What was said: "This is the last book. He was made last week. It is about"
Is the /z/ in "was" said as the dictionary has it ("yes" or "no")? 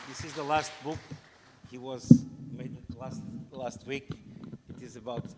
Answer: yes